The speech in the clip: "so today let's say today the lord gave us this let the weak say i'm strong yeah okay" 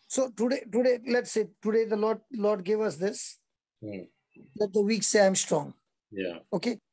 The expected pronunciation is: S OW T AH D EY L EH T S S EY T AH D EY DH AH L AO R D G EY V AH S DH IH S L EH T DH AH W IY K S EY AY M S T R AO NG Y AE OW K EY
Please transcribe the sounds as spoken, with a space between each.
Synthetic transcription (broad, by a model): S OW T AH D EY L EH T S S EY T AH D EY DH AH L AO L D G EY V AH S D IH S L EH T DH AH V IY K S EY AY M S T R AO NG Y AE OW K EY